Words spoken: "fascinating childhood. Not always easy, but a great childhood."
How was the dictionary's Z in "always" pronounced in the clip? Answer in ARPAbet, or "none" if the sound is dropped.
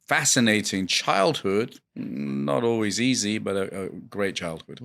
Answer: Z